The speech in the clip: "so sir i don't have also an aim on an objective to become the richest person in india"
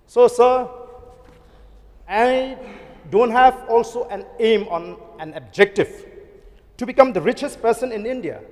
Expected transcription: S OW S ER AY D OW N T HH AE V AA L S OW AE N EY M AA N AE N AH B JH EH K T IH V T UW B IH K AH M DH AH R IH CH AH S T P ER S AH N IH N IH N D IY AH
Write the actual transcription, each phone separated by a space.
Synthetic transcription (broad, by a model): S OW S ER AY D OW N T HH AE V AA L S OW AE N EY M AA N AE N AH B JH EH K T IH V T UW B IH K AH M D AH R IH CH AH S T P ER S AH N IH N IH N D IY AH